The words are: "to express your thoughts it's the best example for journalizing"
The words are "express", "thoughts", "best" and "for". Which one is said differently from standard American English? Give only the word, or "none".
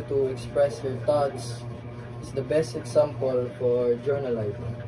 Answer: thoughts